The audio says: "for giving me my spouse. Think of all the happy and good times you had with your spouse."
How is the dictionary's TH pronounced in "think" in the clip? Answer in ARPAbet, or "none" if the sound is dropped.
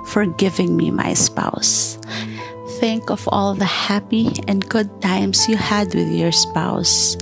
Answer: TH